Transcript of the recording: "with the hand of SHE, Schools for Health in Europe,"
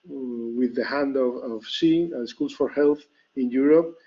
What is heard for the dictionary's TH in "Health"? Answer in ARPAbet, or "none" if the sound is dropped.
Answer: TH